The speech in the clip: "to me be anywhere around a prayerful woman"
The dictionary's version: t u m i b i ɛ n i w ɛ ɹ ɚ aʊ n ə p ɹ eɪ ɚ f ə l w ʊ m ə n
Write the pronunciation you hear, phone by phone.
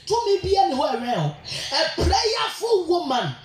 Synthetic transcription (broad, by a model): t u m i b i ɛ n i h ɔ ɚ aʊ ə p ɹ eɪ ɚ f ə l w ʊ m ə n